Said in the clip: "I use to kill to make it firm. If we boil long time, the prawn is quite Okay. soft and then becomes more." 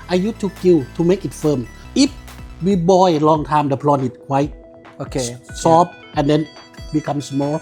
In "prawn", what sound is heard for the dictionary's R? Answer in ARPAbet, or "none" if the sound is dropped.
L